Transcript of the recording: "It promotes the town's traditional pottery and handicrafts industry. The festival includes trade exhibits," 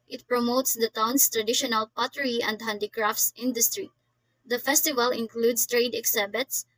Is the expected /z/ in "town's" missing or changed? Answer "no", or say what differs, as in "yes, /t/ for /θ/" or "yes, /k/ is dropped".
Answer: yes, /s/ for /z/